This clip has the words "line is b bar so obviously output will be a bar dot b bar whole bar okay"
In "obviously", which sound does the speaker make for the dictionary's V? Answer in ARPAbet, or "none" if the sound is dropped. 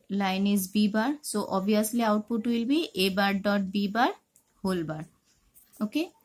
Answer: none